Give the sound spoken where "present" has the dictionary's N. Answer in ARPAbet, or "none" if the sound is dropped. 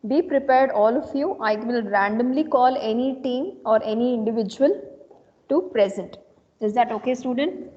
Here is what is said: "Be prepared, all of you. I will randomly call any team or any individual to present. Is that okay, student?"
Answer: N